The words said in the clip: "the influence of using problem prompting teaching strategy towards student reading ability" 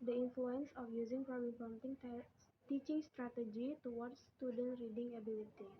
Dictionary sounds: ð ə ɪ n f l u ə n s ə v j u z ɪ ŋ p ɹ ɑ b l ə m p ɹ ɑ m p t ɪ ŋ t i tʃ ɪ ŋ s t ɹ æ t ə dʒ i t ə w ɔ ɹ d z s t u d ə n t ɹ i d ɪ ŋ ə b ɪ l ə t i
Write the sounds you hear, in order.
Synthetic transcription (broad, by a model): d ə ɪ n f l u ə n s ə f j u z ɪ ŋ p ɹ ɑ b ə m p ɑ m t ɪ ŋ t i tʃ ɪ ŋ s t ɹ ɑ t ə dʒ i t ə w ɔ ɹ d s t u d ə n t ɹ i d ɪ ŋ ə b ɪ l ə t i